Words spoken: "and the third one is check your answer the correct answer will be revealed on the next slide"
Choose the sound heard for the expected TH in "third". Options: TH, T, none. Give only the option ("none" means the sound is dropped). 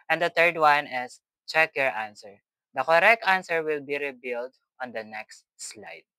T